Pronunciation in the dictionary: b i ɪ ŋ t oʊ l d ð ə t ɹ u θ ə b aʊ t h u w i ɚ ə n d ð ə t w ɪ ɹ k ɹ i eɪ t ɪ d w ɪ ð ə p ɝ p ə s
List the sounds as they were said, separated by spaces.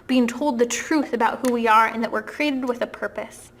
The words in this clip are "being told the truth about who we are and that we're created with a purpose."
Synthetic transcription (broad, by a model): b i ɪ ŋ t oʊ l d ð ə t ɹ u θ ə b aʊ t h u w i ɚ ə n ð ə t w ɪ ɹ k ɹ i eɪ t ɪ d w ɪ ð ə p ɝ p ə s